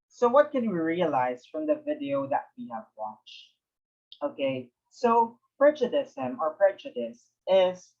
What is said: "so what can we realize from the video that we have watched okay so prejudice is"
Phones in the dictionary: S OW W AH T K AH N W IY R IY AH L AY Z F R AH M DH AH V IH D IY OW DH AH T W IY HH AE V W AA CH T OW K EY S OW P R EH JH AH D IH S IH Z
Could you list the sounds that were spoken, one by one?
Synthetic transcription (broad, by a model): S OW W AH T K AH N W IY R IY AH L AY Z F R AH M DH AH V IH D IY OW DH AH T W IY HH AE V W AA CH T OW K EY S OW P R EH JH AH D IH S IH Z